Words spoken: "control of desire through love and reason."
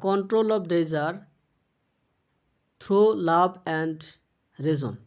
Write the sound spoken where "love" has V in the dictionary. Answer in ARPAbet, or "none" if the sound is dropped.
B